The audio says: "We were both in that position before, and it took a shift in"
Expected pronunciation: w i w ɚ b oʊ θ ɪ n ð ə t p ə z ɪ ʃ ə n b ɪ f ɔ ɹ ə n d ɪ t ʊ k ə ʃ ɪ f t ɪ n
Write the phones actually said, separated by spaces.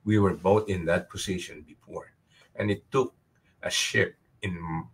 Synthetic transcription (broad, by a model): w i w ɚ b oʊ t ɪ n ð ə t p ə s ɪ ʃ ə n b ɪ f ɔ ɹ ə n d ɪ t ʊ k ə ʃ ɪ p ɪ n